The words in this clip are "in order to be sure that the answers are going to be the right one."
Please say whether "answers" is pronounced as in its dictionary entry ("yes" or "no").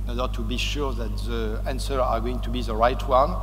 no